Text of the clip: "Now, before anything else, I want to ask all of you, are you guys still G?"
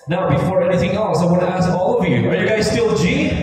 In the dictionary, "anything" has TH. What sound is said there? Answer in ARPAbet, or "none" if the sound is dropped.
TH